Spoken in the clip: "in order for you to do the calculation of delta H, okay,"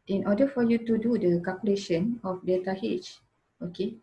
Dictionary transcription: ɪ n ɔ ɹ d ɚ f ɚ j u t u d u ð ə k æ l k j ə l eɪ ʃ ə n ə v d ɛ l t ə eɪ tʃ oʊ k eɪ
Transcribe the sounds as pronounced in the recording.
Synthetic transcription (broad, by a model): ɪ n ɔ d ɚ f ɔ j u t u d u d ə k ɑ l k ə l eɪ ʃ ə n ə f d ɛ t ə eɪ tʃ oʊ k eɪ